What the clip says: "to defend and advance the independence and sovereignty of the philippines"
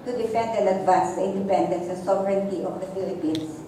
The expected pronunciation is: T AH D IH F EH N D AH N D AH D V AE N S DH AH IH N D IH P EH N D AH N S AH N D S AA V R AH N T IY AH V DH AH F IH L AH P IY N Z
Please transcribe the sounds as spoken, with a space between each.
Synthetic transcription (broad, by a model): T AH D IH F EH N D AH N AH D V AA S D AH IH N D IH P EH N D AH N S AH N S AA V R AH N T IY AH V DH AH F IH L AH P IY N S